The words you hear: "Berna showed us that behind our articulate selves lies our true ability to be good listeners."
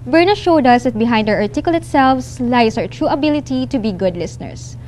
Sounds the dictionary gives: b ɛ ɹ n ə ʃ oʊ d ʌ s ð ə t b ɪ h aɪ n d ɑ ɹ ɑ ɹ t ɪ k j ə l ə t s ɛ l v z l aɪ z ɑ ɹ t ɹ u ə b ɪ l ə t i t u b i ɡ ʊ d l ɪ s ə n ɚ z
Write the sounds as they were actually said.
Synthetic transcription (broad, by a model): b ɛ ɹ n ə ʃ oʊ d ʌ s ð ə t b ɪ h aɪ n d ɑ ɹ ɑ ɹ t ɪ k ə l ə t s ɛ l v s l aɪ s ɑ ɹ t ɹ u ə b ɪ l ə t i t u b i ɡ ʊ d l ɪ s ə n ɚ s